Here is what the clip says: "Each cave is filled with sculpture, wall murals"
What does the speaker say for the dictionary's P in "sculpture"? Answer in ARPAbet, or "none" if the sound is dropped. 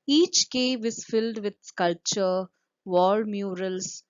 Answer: P